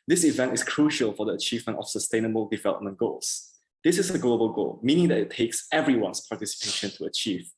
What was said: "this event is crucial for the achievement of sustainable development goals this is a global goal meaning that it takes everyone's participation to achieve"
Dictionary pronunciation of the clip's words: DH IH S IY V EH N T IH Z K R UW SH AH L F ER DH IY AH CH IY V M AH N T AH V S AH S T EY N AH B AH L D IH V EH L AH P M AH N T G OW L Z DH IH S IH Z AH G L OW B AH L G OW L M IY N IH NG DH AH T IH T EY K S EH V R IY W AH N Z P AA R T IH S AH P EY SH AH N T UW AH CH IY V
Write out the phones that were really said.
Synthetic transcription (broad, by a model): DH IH S IY V EH N T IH S K R UW SH AH L F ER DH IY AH CH IY V M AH N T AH F S AH S T EY N AH B AH L D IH V EH L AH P M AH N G OW L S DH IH S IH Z AH G L OW B AH L G OW L M IY N IH NG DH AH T IH T EY K S EH V R IY W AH N S P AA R T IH S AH P EY SH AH N T UW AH CH IY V